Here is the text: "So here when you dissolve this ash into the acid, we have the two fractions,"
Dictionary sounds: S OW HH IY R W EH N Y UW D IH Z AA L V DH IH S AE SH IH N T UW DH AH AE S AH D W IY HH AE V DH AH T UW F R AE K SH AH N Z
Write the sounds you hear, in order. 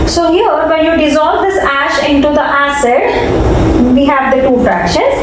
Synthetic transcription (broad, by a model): S OW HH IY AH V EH N Y UW D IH Z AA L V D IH S AE SH IH N T UW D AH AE S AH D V IY HH AE V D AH T UW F R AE K SH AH N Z